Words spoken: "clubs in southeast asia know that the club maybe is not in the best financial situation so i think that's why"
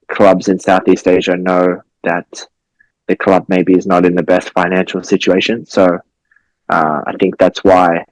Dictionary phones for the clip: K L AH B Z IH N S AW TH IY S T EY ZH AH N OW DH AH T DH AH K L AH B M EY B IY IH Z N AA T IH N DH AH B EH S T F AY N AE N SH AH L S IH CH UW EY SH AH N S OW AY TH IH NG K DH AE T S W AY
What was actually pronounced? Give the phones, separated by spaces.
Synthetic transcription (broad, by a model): K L AH B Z IH N S AW TH IY S T EY ZH AH N OW DH AH T DH AH K L AH B M EY B IY IH Z N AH T IH N DH AH B EH S T F AY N AE N SH L S IH CH UW EY SH AH N S OW AY TH IH NG K DH AE T S W AY